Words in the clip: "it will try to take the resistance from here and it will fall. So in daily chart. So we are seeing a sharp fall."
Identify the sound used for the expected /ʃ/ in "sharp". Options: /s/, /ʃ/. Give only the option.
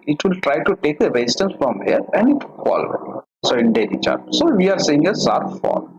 /s/